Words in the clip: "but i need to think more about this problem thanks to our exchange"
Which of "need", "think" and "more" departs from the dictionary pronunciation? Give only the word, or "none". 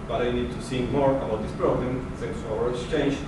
think